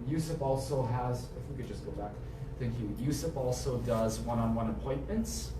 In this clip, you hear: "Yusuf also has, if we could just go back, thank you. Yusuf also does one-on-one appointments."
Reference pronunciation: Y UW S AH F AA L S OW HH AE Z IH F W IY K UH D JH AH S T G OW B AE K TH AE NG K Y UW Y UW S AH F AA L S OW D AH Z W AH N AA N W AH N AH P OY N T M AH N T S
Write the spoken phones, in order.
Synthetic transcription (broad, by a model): Y UW S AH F AA L S OW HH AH Z IH F W IY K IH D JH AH S G OW B AE K TH AE NG K Y UW Y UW S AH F AA L S OW D AH Z W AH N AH N W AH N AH P OY N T M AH N T S